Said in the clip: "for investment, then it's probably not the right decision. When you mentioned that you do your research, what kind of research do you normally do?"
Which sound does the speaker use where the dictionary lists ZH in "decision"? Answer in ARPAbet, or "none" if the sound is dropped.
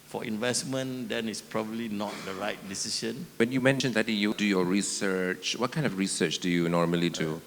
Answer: SH